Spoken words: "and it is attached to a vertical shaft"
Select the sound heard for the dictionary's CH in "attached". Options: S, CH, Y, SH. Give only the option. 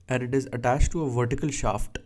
CH